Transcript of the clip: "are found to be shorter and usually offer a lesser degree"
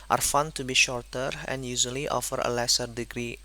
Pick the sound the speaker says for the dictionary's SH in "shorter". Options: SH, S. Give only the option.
SH